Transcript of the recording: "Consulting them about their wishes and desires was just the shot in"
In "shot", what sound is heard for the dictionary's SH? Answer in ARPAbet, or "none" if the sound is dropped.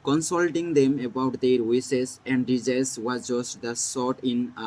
S